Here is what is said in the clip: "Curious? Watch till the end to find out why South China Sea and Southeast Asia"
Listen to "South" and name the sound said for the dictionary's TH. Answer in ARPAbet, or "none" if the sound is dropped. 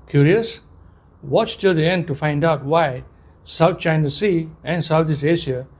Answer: T